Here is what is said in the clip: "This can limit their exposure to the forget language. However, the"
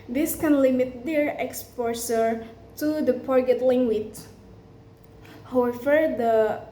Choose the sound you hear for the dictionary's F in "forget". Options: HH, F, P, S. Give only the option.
P